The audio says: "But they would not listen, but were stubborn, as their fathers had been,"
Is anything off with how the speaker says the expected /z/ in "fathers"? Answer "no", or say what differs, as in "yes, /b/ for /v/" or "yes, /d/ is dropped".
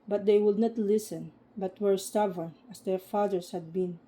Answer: yes, /s/ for /z/